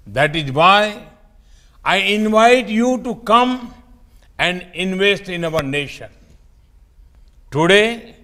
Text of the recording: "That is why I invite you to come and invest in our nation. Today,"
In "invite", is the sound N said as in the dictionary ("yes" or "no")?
yes